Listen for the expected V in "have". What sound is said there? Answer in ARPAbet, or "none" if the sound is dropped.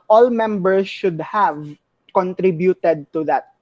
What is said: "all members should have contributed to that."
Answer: V